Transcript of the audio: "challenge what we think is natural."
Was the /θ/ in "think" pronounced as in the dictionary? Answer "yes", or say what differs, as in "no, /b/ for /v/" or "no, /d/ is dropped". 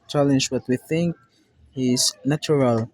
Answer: yes